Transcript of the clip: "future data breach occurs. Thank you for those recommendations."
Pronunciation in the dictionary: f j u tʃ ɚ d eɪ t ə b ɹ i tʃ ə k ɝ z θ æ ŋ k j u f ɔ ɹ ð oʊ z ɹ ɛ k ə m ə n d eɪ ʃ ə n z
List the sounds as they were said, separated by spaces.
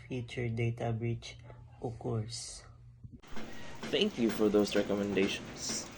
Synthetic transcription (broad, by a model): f j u tʃ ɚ d eɪ t ə b ɹ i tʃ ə k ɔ s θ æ ŋ k j u f ɔ ɹ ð oʊ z ɹ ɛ k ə m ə n d eɪ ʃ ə n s